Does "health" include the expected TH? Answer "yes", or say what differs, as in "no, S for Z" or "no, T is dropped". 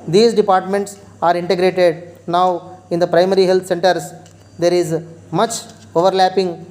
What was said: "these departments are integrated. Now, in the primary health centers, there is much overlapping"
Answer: no, T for TH